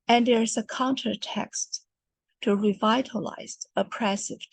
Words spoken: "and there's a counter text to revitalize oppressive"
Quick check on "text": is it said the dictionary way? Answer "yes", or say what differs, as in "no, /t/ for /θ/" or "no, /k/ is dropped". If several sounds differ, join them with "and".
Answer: yes